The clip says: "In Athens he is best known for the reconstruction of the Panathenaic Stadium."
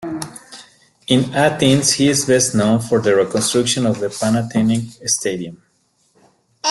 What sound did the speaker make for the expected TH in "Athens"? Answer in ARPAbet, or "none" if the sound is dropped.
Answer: T